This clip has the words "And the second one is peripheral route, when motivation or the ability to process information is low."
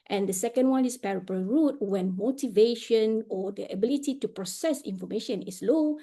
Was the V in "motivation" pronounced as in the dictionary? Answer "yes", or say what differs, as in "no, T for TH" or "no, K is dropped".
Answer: yes